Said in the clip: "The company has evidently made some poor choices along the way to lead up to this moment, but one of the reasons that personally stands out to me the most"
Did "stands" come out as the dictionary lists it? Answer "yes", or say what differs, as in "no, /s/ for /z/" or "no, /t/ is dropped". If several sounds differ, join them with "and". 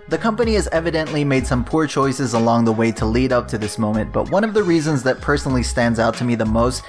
yes